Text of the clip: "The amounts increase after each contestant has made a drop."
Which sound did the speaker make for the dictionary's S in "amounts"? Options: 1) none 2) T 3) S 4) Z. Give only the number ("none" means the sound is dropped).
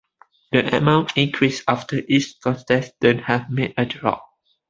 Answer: 1